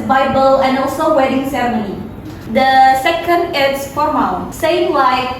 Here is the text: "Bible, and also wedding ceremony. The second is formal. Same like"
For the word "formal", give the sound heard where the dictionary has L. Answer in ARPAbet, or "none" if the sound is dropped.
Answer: N